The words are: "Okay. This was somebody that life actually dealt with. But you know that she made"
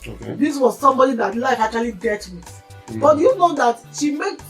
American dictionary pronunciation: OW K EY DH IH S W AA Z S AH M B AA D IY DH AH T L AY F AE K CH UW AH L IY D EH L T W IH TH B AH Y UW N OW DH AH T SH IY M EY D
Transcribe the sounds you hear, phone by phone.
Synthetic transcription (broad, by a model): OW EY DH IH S W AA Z S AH M B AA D IY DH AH T L AY F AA K CH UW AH L IY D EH T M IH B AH Y UW N OW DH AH T SH IY M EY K